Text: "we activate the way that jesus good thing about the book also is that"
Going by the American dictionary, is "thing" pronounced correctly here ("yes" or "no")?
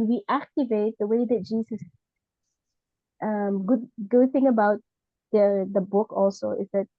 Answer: yes